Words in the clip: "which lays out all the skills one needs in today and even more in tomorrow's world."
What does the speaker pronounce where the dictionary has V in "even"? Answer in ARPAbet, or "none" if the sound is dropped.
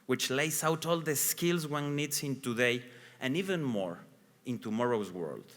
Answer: V